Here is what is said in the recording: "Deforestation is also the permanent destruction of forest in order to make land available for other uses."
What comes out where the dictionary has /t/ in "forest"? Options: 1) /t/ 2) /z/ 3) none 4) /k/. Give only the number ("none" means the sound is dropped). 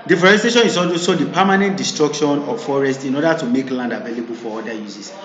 1